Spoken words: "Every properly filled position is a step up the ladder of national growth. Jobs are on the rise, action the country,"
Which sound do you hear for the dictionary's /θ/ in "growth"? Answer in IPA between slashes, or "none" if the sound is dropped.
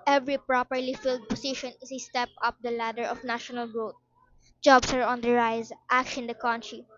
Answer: /t/